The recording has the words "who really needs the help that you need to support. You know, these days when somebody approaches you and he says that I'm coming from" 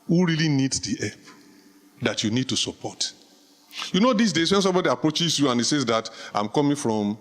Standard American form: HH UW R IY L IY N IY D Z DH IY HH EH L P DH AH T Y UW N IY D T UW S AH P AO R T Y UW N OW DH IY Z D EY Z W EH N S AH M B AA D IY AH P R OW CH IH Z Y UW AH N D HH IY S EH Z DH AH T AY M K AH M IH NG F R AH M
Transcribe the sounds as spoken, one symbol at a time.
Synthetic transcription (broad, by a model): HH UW R IY L IY N IY D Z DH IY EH P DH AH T Y UW N IY D T UW S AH P AO T Y UW N OW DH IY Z D EY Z W EH N S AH M B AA D IY AH P R OW CH IH Z Y UW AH N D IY S EH Z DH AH T AY M K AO M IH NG F R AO M